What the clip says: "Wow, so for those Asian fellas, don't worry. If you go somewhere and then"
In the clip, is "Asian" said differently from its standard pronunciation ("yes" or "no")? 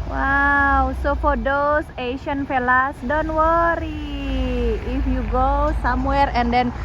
yes